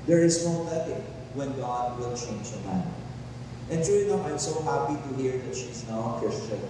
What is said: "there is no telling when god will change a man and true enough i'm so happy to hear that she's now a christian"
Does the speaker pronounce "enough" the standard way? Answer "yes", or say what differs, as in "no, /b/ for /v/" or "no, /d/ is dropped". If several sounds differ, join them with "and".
no, /f/ is dropped